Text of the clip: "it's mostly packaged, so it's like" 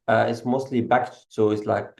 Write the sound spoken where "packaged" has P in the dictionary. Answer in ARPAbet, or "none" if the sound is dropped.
B